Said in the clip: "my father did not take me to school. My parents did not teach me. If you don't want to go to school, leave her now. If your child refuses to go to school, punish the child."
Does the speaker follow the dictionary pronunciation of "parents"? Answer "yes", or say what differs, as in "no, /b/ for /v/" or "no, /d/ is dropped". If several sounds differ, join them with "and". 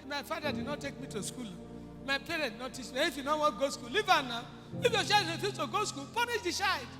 no, /s/ is dropped